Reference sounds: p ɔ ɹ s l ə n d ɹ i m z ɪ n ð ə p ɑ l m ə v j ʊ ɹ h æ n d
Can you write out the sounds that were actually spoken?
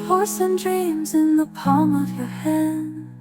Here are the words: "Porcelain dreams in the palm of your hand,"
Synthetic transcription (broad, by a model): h ɔ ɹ s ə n d ɹ i m z ɪ n ð ə p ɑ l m ə v j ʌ ɹ h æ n